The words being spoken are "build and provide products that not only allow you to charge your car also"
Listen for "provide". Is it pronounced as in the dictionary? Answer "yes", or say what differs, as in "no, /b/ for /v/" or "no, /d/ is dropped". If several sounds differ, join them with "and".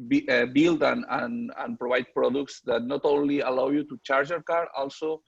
no, /b/ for /v/